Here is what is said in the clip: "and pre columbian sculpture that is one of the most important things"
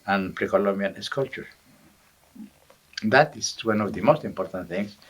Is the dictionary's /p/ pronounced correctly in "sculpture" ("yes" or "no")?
no